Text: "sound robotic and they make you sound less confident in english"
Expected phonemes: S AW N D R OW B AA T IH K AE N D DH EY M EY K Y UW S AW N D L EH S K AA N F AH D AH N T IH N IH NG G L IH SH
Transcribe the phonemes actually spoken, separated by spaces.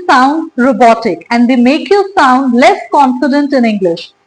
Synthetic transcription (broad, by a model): S AW N D R OW B AA T IH K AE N D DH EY M EY K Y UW S AW N D L EH S K AA N F AH D AH N T IH N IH NG G L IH SH